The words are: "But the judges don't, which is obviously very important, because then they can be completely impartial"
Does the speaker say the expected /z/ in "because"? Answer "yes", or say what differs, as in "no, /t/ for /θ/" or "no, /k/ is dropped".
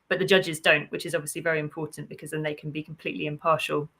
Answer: yes